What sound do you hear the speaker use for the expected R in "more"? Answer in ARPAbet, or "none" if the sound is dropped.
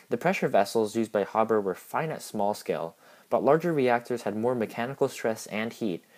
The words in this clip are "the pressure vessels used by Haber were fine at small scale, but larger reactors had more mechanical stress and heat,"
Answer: R